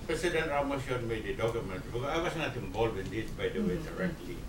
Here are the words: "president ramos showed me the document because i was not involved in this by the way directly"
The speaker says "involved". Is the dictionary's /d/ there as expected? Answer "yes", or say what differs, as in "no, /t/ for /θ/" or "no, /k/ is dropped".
no, /d/ is dropped